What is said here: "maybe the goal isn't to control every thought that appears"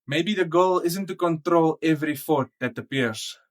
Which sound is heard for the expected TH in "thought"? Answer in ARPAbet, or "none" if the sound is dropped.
F